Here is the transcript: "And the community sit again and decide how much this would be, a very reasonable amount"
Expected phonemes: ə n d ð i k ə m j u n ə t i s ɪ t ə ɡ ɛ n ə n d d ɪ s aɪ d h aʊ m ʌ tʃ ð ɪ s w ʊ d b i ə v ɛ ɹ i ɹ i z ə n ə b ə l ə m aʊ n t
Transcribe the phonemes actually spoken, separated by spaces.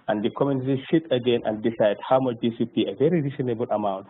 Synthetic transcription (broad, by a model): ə n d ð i k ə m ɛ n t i ʃ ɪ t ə ɡ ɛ n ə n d d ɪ s aɪ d h aʊ m ʌ tʃ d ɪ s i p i ə v ɛ ɹ i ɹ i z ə n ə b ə l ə m aʊ n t